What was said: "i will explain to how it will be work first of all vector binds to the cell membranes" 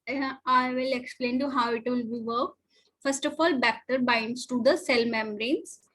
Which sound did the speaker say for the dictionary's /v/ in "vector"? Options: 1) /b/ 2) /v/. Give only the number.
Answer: 1